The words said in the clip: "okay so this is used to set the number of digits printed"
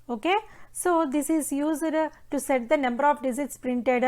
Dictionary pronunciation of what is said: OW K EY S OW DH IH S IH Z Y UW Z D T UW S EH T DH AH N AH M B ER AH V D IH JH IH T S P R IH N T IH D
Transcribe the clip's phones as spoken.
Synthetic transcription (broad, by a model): OW K EY S OW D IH S IH Z Y UW Z D T UW S EH T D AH N AH M B ER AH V D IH Z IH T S P R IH N T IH D